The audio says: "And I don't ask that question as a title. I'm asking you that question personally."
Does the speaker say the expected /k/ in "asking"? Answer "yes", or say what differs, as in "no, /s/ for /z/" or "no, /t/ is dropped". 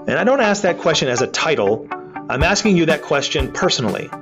yes